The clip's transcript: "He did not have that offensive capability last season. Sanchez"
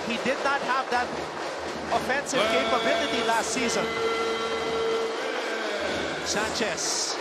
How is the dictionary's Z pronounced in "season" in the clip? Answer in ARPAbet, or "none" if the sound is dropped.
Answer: Z